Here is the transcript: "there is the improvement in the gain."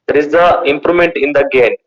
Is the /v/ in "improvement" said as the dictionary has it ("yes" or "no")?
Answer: no